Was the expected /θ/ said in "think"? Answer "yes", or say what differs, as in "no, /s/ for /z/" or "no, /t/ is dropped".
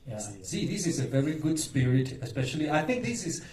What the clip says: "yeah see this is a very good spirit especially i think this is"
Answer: yes